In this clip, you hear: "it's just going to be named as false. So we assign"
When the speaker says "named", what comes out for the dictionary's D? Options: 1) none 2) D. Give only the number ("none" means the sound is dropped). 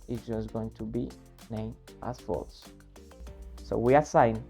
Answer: 1